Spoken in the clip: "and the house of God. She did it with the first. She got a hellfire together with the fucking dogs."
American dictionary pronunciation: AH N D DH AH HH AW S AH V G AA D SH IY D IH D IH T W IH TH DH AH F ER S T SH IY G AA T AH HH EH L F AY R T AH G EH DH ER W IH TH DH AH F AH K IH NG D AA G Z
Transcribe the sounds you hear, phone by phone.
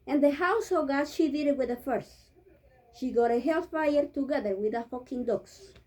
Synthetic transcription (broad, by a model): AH N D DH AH HH AW S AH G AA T SH IY D IH D IH T W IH DH AH F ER S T SH IY G AA T AH HH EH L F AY R T AH G EH DH ER W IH DH AH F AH K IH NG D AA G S